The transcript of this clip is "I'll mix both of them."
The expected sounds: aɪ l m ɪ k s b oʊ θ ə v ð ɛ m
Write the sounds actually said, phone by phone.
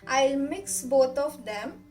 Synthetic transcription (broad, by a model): aɪ l m ɪ k s b oʊ t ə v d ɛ m